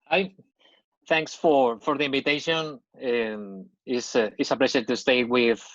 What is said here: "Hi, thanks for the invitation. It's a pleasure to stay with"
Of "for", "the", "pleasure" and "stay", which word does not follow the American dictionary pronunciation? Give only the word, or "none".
pleasure